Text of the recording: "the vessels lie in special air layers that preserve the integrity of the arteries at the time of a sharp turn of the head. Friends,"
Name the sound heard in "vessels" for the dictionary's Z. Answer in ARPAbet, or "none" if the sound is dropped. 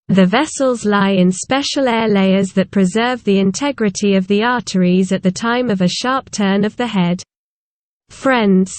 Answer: Z